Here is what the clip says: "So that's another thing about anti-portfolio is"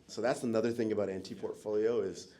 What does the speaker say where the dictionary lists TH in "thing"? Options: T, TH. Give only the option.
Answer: TH